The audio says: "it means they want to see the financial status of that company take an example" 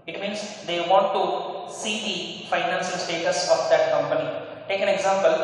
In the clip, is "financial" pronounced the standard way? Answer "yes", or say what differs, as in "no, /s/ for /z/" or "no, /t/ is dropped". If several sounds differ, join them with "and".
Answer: no, /s/ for /ʃ/